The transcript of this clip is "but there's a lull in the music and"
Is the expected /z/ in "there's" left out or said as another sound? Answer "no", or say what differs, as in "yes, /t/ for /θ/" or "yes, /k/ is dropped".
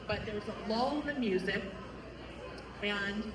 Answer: yes, /z/ is dropped